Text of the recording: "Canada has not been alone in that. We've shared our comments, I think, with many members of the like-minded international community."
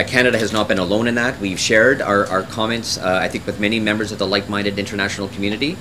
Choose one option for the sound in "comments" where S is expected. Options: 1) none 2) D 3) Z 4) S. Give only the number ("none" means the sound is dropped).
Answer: 4